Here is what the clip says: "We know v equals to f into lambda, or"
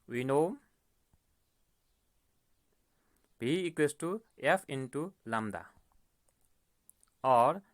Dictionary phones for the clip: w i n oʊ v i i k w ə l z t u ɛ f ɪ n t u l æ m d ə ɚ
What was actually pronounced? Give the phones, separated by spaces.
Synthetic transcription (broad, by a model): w i n oʊ b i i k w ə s t u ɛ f ɪ n t u l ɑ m d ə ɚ